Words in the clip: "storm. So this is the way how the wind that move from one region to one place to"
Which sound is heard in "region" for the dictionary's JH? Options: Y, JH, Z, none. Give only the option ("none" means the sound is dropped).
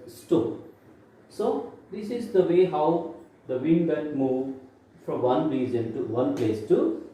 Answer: Z